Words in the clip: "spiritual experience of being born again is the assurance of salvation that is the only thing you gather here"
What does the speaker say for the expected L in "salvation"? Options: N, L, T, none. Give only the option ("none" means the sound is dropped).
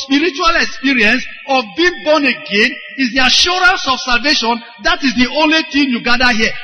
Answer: L